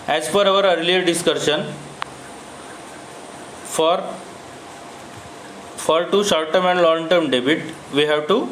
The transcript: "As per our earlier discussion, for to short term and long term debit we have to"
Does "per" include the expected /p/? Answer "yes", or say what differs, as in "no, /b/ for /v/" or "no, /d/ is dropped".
no, /f/ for /p/